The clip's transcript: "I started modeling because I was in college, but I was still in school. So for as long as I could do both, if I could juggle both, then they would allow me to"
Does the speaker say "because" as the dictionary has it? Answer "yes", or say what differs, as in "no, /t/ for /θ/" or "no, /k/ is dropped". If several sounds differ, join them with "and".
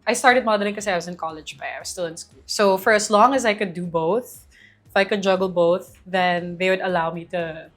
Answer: no, /z/ is dropped